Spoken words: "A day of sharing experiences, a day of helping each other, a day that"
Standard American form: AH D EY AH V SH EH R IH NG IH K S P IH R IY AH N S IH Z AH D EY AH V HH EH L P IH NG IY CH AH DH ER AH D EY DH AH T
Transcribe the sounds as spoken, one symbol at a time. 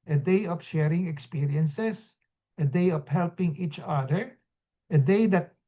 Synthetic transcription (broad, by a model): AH D EY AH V SH EH R IH NG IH K S P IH R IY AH N S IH S AH D EY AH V HH EH L P IH NG IY CH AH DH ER AH D EY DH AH T